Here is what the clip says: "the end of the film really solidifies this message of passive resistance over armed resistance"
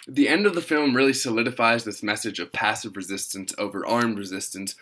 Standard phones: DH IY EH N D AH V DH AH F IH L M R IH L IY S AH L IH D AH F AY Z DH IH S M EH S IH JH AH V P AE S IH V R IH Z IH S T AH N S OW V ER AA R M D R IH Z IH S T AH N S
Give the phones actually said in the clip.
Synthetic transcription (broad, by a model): DH IY EH N D AH V DH AH F IH L M R IH L IY S AH L IH D AH F AY Z DH IH S M EH S IH JH AH V P AE S IH V R IH Z IH S T AH N S OW V ER AA R M R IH Z IH S T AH N S